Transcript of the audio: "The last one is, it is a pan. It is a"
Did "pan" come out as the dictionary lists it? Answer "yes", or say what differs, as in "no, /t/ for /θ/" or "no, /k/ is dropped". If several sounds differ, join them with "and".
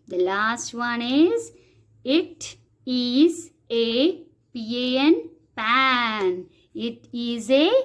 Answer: yes